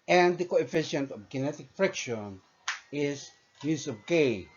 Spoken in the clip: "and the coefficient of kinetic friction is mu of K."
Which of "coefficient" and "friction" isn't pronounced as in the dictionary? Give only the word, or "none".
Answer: none